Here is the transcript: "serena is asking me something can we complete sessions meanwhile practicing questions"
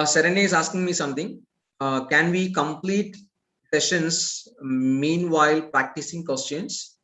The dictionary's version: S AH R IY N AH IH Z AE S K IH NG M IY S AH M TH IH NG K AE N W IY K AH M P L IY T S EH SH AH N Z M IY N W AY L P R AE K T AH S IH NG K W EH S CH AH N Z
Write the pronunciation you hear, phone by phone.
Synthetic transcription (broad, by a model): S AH R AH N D IH Z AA S K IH NG M IY S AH M T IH NG K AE N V IY K AH M P L IY T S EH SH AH N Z M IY N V AY L P R AE K T AH S IH NG K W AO S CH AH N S